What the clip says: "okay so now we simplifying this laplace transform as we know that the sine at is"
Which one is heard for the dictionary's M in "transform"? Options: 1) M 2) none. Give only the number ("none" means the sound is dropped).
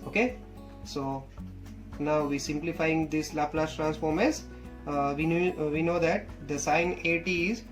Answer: 1